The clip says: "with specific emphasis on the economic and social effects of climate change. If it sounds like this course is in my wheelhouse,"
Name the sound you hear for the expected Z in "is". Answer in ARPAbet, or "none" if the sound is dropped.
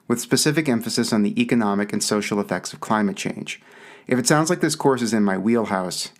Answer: Z